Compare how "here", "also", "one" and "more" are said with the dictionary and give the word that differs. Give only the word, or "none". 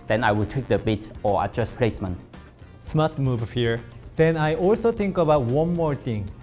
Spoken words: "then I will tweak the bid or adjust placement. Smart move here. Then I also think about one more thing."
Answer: none